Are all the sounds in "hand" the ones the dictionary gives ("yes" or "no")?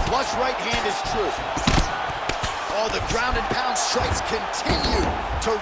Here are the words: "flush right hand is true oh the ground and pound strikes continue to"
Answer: no